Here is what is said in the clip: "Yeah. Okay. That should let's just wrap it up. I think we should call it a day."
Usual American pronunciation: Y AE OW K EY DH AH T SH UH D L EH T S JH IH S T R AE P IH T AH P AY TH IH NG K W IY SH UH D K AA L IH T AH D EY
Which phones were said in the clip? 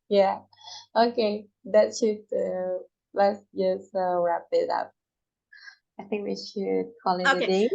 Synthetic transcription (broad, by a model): Y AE OW K EY DH AH T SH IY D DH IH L S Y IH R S R AE P IH T AH P AY TH IH NG K W IY SH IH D K AA L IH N AH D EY